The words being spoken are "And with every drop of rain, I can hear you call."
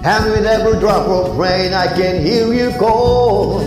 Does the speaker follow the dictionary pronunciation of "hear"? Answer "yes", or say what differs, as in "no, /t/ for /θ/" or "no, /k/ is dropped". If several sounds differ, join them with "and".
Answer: no, /l/ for /ɹ/